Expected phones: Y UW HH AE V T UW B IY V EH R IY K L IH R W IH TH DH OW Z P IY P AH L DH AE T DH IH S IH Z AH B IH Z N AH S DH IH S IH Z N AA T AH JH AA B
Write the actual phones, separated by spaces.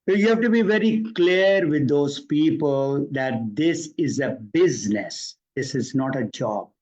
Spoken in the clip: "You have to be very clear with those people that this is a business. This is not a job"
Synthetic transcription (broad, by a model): Y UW HH AE V T UW B IY V EH R IY K L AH R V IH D OW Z P IY P AH L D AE T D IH S IH Z AH B IH Z N AH S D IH S IH Z N AA T AH JH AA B